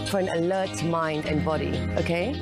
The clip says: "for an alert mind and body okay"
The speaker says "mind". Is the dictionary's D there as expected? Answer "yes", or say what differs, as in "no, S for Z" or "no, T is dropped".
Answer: yes